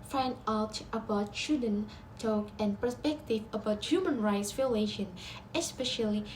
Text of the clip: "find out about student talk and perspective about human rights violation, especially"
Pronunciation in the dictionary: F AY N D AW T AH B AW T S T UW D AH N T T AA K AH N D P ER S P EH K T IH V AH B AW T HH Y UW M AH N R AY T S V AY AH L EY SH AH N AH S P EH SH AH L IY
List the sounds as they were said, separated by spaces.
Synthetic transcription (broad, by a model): F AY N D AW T AH B AW T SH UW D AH N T T AA K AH N P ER S P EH K T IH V AH B AW T HH Y UW M AH N R AY T S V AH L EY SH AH N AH S P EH SH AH L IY